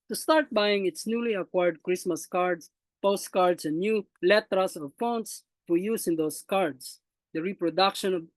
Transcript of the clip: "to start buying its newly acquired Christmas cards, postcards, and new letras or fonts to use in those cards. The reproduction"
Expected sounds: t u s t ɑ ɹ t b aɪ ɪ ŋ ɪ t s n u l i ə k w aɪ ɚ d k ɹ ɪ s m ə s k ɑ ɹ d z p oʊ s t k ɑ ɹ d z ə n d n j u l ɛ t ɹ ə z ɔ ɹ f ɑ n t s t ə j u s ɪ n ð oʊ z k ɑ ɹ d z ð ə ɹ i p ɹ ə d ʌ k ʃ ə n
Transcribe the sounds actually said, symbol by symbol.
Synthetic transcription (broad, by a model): t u s t ɑ ɹ t b aɪ ɪ ŋ ɪ t s n u l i ə k w aɪ ɚ d k ɹ ɪ s m ə s k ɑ ɹ d s p oʊ s t k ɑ ɹ d s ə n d n j u l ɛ t ɹ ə s ɔ ɹ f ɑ n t s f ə j u s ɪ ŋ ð oʊ s k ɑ ɹ d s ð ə ɹ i p ɹ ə d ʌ k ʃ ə n